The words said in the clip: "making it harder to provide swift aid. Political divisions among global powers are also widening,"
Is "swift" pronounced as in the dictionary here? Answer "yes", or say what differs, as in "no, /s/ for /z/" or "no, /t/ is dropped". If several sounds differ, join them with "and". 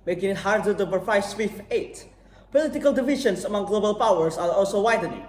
no, /t/ is dropped